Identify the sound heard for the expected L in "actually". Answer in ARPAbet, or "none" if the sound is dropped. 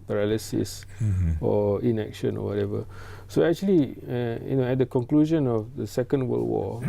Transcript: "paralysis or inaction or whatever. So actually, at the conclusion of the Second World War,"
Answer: N